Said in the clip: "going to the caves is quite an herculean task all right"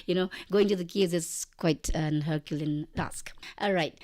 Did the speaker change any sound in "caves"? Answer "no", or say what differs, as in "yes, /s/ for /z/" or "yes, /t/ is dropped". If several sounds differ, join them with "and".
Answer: yes, /v/ is dropped